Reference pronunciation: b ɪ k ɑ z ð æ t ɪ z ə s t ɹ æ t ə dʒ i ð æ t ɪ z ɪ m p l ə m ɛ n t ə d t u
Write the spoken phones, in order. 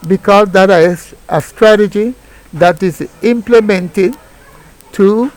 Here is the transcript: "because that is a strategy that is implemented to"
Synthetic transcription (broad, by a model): b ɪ k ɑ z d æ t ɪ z ə s t ɹ æ t ə dʒ i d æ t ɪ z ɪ m p l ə m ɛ n t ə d t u